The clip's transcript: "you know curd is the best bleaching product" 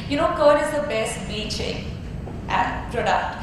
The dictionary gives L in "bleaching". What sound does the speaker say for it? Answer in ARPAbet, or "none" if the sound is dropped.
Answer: none